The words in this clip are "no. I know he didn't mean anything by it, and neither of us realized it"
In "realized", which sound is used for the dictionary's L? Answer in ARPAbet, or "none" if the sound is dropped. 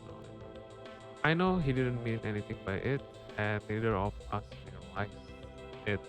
W